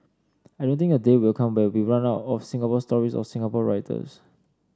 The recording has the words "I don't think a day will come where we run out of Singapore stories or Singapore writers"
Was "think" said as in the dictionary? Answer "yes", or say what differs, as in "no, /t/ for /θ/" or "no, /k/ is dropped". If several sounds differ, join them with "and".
no, /t/ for /θ/ and /k/ is dropped